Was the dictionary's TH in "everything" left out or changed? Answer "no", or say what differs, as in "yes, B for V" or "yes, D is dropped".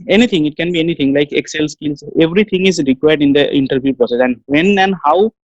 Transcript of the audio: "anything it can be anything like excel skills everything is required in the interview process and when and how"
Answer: yes, T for TH